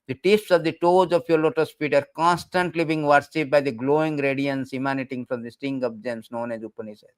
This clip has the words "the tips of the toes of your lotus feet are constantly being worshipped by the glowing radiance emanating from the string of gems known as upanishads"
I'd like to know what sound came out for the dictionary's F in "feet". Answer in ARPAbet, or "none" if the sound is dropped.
P